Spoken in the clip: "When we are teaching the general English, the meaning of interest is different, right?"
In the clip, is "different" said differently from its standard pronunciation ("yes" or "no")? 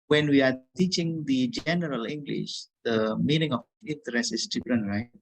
yes